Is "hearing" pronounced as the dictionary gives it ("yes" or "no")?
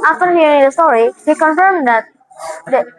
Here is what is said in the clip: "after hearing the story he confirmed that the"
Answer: no